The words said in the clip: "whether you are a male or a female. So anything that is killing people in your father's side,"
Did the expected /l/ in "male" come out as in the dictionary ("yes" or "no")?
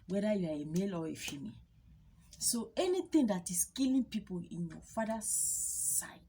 yes